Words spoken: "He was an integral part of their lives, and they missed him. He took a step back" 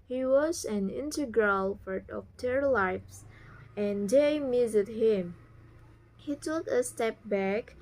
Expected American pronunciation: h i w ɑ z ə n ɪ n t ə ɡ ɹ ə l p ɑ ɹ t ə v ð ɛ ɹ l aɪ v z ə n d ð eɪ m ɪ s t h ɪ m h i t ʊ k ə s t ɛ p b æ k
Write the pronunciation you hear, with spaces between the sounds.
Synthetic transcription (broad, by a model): h i w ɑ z ə n ɪ n t ə ɡ ɹ ə l f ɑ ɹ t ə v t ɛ ɹ l aɪ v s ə n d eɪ m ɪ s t h ɪ m h i t ʊ k ə s t ɛ p b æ k